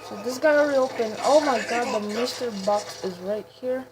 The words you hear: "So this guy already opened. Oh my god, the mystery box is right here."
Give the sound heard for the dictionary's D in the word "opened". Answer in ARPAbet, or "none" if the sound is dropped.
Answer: none